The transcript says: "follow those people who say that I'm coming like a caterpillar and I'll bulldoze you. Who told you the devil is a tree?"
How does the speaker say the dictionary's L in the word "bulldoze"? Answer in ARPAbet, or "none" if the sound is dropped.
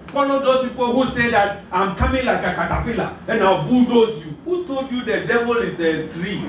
none